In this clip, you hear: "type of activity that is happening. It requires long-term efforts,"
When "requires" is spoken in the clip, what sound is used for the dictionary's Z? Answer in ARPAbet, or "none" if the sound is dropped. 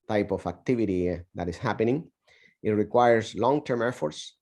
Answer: S